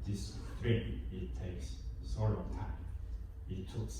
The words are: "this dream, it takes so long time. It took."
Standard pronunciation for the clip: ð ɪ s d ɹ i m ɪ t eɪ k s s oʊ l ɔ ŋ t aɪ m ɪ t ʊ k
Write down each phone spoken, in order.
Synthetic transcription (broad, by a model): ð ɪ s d ɹ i ɪ t eɪ k s s oʊ l ɔ ŋ t aɪ m ɪ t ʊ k